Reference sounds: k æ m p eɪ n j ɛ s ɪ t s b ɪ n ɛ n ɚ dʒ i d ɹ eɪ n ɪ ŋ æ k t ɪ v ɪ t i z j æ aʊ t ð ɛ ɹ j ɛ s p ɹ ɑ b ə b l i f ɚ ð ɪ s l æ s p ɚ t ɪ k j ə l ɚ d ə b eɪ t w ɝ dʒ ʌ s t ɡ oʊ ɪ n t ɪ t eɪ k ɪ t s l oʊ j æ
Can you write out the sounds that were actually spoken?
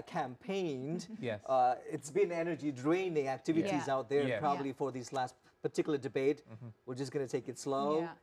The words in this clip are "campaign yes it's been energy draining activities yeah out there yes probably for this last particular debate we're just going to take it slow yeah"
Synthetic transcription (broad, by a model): k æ m p eɪ n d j ɪ t s b ɪ n ɛ n ɚ dʒ i d ɹ eɪ n ɪ ŋ æ k t ɪ v ɪ t i z aʊ t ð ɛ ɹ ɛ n p ɹ ɑ b ə b l i f ɚ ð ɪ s l æ s p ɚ t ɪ k j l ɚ d ə b eɪ t w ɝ dʒ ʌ s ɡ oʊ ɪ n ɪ t eɪ k ɪ t s l oʊ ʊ